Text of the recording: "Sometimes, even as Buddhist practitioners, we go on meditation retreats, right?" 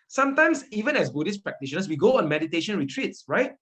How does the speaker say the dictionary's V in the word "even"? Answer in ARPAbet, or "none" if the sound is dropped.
V